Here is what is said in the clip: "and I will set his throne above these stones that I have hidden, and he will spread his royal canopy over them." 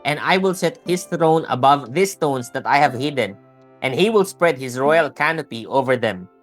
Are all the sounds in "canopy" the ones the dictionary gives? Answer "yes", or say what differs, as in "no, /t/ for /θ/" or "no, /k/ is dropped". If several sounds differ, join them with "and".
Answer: yes